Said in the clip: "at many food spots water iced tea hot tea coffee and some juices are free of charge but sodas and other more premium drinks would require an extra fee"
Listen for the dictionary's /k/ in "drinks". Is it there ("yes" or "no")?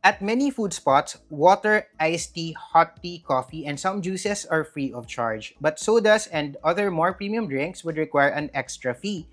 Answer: yes